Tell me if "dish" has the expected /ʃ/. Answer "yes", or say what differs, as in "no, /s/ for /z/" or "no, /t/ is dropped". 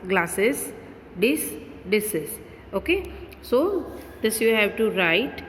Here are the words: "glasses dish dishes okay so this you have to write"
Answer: no, /s/ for /ʃ/